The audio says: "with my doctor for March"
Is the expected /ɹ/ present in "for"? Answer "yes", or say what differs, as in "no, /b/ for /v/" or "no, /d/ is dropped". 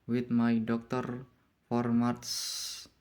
yes